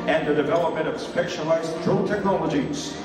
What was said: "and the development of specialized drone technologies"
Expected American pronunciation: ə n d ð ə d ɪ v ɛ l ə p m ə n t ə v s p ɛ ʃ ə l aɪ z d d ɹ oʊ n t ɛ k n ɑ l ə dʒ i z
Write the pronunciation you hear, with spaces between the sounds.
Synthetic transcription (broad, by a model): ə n ð ə d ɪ v ɛ l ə p m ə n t ə v s p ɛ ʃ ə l aɪ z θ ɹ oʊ l t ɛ k n ɑ l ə dʒ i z